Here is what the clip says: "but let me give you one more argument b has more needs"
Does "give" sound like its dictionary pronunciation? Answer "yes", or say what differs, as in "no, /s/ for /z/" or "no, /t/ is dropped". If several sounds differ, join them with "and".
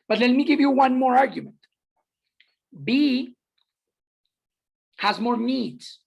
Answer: yes